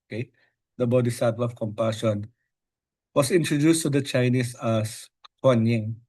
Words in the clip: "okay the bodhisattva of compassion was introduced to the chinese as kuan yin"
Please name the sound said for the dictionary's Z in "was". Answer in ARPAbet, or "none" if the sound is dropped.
S